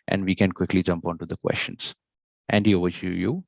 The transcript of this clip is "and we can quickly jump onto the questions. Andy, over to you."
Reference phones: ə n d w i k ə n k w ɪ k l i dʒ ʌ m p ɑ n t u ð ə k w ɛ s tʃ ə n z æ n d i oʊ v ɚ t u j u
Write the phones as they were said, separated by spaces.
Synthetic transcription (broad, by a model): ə n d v i k ə n k w ɪ k l i dʒ ʌ m p ɑ n t u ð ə k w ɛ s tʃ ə n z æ n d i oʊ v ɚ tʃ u j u